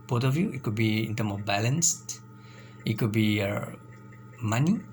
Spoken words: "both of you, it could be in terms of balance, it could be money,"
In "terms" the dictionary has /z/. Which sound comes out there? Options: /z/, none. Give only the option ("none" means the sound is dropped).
none